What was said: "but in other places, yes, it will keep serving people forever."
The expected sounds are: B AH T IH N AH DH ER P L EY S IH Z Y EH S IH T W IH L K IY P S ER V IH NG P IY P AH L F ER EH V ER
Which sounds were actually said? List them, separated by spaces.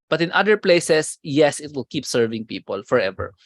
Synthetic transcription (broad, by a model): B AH T IH N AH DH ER P L EY S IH S Y EH S IH T W IH L K IY P S ER V IH NG P IY P AH L F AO EH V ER